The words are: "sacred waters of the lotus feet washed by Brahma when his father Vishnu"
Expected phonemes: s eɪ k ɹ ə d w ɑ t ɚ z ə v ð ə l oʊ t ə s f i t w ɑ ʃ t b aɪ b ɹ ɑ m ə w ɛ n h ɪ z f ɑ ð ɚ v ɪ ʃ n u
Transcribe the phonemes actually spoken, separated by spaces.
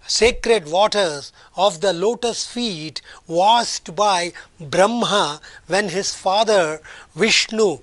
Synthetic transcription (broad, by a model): s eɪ k ɹ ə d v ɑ t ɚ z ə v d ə l oʊ t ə s f i t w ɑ s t b aɪ b ɹ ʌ m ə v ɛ n h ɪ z f ɑ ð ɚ v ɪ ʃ n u